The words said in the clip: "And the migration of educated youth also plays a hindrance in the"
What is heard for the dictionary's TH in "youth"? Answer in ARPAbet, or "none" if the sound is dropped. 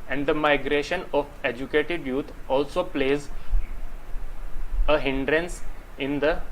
T